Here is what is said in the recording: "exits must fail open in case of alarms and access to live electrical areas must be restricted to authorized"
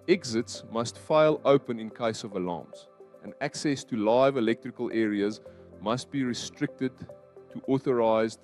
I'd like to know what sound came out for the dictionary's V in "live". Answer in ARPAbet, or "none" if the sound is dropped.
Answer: V